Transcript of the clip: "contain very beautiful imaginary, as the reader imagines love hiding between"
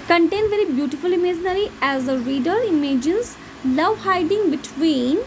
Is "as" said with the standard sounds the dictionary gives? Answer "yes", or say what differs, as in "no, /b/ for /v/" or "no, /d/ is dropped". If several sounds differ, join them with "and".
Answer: yes